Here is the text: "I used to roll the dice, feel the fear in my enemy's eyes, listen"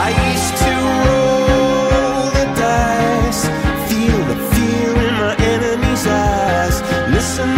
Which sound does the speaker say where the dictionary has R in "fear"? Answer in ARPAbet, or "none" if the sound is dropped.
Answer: L